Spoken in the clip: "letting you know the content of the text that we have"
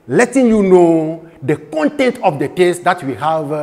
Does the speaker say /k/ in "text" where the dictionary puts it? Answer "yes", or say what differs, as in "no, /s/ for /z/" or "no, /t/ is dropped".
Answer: no, /k/ is dropped